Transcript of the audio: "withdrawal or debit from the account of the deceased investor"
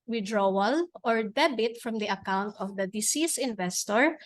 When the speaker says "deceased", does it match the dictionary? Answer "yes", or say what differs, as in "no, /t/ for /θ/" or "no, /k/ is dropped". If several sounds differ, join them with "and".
no, /t/ is dropped